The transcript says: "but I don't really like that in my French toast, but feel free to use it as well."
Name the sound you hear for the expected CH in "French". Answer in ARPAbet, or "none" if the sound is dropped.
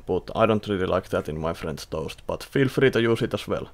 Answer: S